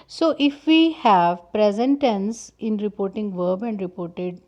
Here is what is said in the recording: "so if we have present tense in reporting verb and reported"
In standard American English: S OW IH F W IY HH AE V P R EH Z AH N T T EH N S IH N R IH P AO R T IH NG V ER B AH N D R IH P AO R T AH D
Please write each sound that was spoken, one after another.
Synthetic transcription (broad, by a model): S OW IH F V IY HH AE V P R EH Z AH N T T EH N S IH N R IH P AO R T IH NG V ER B AH N D R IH P AO R T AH D